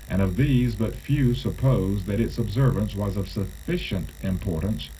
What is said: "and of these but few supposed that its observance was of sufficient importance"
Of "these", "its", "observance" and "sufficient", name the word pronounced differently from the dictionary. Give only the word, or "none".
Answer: none